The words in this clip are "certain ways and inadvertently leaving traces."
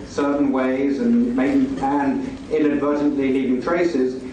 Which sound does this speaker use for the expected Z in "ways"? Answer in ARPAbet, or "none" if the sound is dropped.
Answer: Z